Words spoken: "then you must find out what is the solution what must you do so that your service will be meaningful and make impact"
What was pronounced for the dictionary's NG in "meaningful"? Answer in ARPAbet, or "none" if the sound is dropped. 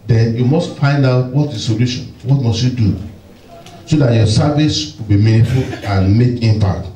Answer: none